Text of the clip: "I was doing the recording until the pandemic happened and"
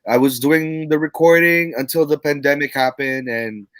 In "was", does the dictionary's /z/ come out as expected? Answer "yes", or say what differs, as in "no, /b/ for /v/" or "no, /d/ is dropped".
yes